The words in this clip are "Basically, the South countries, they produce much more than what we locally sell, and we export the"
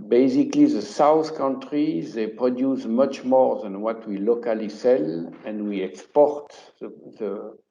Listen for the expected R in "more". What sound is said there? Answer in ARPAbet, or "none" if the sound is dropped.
R